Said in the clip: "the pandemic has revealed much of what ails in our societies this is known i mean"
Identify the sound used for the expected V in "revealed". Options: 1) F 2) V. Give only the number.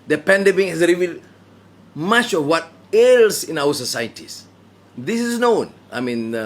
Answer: 2